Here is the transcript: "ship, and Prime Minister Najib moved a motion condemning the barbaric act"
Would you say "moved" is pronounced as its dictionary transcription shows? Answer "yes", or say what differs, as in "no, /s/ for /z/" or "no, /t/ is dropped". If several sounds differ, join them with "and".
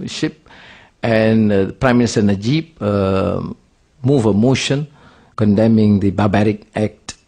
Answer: no, /d/ is dropped